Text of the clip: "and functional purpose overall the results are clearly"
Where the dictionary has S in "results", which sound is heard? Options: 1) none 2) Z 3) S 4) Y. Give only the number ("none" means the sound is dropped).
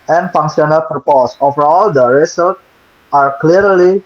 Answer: 1